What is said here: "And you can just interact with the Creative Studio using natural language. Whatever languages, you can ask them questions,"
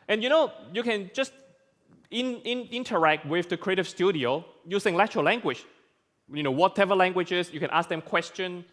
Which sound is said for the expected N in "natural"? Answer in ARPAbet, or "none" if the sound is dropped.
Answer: L